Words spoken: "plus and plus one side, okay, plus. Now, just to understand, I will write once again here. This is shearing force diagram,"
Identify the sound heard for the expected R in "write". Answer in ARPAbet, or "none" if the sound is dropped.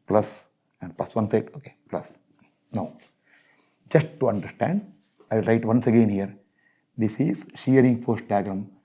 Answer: R